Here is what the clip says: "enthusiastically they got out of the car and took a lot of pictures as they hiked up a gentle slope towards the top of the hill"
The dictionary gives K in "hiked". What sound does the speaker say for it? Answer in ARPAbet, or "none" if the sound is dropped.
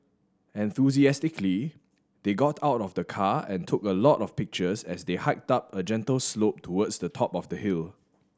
K